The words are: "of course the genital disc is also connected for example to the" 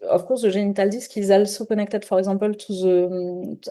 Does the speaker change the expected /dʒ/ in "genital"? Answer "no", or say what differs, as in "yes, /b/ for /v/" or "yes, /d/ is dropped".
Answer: yes, /ʒ/ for /dʒ/